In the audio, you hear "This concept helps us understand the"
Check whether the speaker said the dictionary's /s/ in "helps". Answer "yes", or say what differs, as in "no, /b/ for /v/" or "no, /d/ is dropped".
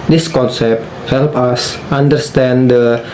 no, /s/ is dropped